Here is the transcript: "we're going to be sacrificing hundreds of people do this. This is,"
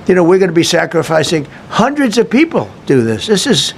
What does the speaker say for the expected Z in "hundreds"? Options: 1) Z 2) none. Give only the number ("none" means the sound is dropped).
1